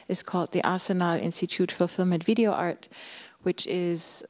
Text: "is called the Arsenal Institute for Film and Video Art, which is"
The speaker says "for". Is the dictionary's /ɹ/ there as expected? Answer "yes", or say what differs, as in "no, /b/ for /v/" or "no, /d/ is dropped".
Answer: no, /l/ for /ɹ/